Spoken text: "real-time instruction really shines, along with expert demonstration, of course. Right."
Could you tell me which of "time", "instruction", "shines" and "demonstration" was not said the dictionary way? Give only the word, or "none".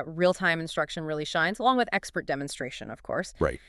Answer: none